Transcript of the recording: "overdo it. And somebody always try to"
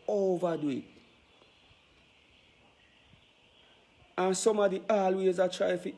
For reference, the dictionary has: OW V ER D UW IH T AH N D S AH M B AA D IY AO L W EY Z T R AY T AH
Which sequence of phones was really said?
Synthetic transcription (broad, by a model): OW V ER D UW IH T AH N S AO M AA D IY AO L W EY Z T R AY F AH